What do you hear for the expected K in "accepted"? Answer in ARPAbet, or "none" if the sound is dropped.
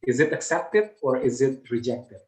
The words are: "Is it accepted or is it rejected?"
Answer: K